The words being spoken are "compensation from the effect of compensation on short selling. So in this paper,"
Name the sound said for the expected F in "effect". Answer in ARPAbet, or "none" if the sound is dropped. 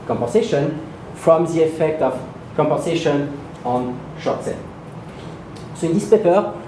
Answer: F